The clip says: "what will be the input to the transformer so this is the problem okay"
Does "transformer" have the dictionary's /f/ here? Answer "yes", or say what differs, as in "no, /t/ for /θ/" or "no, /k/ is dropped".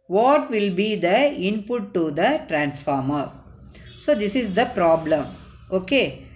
yes